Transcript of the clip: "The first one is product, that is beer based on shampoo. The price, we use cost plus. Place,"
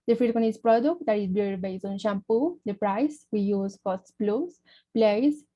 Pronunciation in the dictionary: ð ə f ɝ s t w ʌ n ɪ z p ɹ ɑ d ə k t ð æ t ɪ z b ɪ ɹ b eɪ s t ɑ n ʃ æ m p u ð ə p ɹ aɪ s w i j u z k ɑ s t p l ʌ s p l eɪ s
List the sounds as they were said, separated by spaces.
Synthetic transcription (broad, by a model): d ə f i t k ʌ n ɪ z p ɹ ɑ d ə k t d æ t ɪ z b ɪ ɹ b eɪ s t ɑ n ʃ æ m p u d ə p ɹ aɪ s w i j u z k ɑ s t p l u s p l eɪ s